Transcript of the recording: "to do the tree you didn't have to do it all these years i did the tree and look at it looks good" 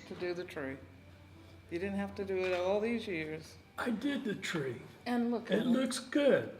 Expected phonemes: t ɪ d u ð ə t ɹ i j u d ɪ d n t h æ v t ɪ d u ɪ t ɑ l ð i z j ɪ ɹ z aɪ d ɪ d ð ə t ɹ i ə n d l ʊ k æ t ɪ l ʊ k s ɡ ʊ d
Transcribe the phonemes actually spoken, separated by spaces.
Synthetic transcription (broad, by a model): t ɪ d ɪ ð ə t ɹ i j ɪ d ɪ d n t h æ f t ɪ d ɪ ɪ t ɑ l ð i z j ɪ ɹ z aɪ d ɪ d ð ə t ɹ i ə n l ʊ k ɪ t l ʊ k s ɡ ʊ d